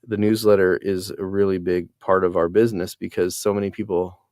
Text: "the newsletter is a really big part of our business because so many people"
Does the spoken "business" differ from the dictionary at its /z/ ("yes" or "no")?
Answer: no